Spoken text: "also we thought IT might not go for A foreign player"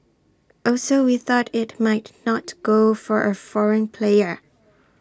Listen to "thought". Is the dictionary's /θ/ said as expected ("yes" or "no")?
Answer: yes